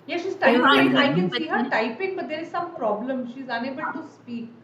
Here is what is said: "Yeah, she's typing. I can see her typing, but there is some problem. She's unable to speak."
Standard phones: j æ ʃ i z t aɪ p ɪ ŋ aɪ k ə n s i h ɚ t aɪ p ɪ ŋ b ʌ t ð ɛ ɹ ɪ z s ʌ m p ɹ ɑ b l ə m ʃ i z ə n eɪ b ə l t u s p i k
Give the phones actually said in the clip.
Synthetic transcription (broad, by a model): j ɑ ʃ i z t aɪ ɪ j aɪ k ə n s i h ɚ t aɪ p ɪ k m ʌ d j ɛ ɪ s ʌ m p ɹ ɑ b l ə m ʃ i z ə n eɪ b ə n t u s p i k